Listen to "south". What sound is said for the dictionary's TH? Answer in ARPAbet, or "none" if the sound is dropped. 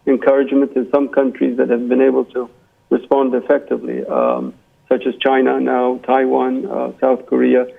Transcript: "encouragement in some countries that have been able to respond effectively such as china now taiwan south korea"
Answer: TH